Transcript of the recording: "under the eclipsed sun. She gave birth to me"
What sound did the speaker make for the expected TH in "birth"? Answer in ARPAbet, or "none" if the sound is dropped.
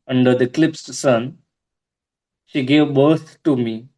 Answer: T